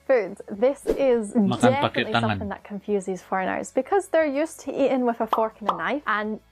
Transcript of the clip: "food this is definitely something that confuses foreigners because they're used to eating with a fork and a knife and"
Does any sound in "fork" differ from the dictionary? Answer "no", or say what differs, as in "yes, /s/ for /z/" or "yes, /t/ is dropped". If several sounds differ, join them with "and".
no